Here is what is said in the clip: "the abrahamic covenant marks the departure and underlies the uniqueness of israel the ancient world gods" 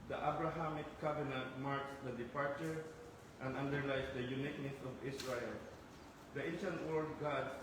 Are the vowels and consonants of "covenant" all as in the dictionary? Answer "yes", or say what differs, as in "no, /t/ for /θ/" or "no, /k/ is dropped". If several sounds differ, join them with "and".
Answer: no, /b/ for /v/